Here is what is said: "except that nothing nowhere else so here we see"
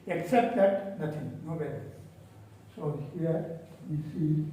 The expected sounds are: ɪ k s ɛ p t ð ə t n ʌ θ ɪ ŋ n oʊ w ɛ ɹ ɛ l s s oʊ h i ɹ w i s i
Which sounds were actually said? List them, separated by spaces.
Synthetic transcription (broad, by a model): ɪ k s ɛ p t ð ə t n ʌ t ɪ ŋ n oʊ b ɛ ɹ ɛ s s oʊ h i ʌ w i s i